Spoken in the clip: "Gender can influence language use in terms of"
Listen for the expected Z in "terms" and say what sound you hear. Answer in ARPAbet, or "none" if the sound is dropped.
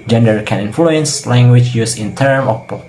none